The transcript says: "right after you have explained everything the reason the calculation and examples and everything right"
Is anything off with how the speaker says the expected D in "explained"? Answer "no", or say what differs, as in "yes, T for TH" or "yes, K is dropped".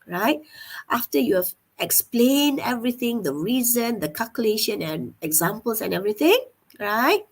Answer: no